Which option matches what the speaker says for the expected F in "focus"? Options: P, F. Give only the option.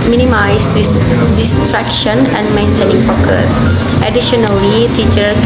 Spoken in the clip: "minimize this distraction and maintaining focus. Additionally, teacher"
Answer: P